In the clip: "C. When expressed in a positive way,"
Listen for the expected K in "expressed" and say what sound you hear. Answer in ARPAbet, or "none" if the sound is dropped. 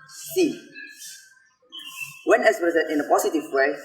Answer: none